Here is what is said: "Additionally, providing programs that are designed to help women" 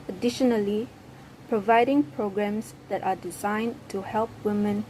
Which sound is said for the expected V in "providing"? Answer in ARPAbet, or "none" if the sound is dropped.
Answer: V